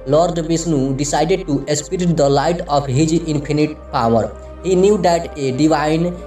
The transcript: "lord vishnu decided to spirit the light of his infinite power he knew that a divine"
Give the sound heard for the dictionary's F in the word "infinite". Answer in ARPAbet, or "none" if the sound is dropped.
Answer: P